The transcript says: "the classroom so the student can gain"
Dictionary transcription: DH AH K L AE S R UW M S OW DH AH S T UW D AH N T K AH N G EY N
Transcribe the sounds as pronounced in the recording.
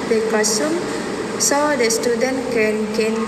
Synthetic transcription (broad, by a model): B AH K AO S UW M S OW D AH S T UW D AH N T K AH N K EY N